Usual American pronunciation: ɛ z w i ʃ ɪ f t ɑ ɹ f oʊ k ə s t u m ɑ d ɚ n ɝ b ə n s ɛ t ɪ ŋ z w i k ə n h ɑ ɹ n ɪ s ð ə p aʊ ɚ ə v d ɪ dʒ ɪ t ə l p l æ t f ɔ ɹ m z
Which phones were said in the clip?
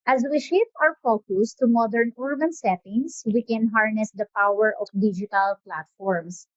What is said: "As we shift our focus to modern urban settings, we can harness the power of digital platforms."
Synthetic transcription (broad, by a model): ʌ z w i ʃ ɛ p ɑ w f oʊ k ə s t u m ɑ d ɚ n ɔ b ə n s ɛ t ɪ ŋ s w i k ə n h ɑ ɹ n ɪ s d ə p aʊ ɚ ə f d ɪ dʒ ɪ t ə l p l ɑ t f ɔ ɹ m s